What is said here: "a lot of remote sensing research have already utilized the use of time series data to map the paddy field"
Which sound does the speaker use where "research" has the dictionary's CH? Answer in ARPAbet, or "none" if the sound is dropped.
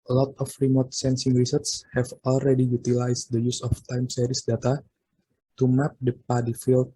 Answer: S